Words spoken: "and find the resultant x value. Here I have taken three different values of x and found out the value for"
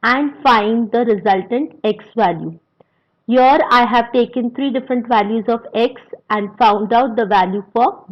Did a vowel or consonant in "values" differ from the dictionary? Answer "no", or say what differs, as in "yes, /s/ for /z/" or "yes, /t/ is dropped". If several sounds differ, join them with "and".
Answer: no